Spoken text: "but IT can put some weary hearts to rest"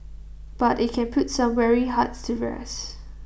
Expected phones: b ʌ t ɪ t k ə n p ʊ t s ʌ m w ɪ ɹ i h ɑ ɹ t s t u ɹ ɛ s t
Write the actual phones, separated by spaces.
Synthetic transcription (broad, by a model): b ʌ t ɪ t k ə n p ʊ t s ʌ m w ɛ ɹ i h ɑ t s t u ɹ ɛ s